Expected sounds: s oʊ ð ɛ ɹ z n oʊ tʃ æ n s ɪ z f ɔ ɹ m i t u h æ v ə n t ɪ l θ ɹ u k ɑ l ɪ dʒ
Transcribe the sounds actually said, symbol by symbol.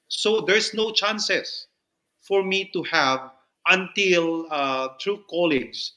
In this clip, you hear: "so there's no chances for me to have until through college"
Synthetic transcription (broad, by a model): s oʊ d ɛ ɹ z n oʊ tʃ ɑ n s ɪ s f ɔ ɹ m i t u h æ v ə n t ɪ l t ɹ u k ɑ l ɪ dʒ